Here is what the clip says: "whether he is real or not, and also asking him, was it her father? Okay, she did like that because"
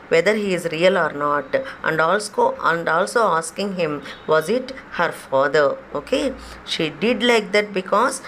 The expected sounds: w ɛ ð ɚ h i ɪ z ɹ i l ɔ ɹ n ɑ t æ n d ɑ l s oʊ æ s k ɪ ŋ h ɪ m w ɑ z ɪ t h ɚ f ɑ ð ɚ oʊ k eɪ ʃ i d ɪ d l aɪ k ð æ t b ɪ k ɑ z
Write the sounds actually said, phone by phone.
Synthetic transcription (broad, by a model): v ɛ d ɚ h i ɪ z ɹ i l ɔ ɹ n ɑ t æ n d ɑ l s oʊ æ s k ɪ ŋ h ɪ m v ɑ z ɪ t h ɚ f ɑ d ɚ oʊ k eɪ ʃ i d ɪ d l aɪ k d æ t b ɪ k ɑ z